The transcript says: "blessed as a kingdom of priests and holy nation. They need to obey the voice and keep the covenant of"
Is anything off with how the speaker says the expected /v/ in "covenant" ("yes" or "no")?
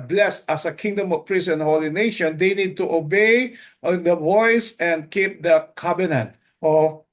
yes